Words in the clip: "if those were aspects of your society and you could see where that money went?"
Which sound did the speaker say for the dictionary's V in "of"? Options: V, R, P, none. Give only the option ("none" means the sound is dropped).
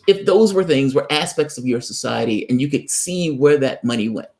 V